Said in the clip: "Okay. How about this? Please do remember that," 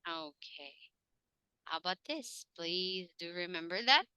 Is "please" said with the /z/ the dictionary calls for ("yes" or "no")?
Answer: yes